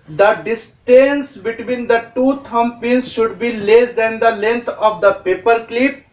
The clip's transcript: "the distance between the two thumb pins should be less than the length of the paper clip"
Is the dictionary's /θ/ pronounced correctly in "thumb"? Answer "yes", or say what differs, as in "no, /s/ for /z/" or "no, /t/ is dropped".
no, /t/ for /θ/